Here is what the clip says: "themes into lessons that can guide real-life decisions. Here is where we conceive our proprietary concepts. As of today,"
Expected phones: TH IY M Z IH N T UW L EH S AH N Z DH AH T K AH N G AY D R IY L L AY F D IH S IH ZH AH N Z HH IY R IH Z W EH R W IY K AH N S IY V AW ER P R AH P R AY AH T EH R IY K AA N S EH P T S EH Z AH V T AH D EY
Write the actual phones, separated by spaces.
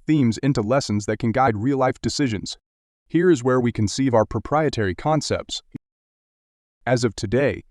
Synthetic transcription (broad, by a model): TH IY M Z IH N T UW L EH S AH N Z DH AH T K AH N G AY D R IY L L AY F D IH S IH ZH AH N Z HH IY R IH Z W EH R W IY K AH N S IY V AW ER P R AH P R AY AH T EH R IY K AA N S EH P T S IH Z AH V T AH D EY